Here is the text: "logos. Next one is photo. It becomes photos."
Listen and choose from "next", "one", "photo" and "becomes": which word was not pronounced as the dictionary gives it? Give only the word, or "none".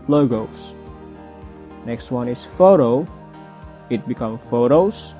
becomes